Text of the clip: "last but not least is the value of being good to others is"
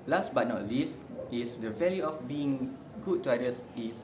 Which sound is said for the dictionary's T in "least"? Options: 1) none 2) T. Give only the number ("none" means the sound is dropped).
2